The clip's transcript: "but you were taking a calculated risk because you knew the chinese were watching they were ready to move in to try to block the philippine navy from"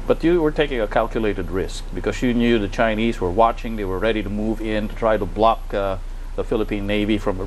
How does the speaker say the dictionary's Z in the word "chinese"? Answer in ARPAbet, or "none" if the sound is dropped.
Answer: Z